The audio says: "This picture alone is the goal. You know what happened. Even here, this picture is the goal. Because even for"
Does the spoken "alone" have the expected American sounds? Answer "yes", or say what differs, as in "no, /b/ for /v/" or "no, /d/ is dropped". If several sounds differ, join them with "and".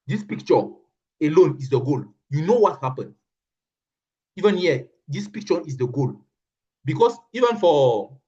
yes